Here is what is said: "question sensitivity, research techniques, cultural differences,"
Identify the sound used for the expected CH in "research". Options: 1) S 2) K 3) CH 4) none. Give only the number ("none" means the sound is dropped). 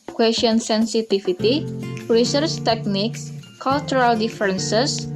3